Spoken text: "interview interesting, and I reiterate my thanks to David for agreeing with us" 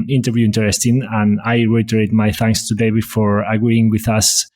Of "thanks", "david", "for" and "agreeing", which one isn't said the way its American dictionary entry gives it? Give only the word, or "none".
david